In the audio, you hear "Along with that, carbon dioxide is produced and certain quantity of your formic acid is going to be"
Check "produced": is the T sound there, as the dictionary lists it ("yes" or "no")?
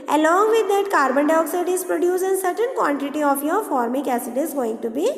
no